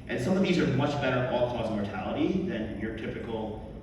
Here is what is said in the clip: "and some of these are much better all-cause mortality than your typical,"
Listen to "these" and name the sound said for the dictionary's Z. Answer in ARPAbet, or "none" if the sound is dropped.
Z